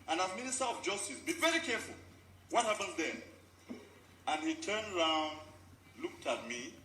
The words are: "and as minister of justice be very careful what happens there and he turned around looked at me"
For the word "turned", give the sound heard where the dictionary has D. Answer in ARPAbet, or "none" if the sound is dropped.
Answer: D